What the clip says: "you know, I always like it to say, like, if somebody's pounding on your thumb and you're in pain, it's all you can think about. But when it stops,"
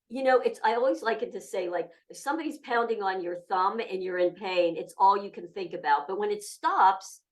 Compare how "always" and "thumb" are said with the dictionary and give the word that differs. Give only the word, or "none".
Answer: none